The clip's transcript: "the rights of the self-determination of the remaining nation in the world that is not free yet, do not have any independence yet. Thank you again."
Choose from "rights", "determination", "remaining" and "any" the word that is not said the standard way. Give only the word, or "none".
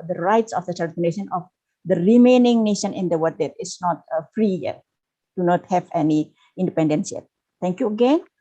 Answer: determination